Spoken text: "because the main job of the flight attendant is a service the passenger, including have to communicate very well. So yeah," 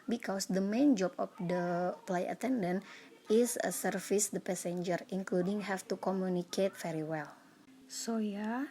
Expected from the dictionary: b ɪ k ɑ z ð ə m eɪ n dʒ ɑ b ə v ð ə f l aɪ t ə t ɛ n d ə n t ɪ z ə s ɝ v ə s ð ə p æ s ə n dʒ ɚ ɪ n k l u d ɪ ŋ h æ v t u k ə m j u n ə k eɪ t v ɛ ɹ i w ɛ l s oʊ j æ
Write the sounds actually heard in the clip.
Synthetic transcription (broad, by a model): b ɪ k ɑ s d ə m eɪ n dʒ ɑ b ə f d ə p l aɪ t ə t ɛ n d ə n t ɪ s ə s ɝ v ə s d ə p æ s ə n dʒ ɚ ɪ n k l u d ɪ ŋ h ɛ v t u k ə m j u n ə k eɪ t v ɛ ɹ i w ɛ l s oʊ j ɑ